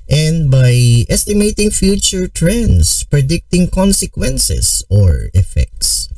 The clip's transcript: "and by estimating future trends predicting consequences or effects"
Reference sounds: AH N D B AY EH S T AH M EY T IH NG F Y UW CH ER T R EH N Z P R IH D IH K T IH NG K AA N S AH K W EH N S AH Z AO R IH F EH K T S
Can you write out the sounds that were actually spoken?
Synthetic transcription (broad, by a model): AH N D B AY EH S T AH M EY T IH NG F Y UW CH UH T R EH N S P R IH D IH K T IH NG K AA N S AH K W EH N S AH S AO R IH F EH K T S